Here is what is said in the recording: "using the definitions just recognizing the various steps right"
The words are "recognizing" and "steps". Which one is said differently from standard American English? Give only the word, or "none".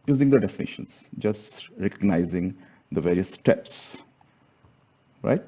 none